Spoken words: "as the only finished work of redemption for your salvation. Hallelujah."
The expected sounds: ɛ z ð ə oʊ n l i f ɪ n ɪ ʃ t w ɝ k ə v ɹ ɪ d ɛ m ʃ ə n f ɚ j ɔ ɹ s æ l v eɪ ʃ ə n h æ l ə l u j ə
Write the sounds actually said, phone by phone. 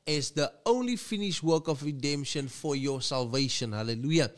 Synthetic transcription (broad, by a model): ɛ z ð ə oʊ n l i f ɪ n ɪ ʃ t w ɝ k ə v ɹ ɪ d ɛ m ʃ ə n f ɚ j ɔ s æ l v eɪ ʃ ə n h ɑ l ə l u j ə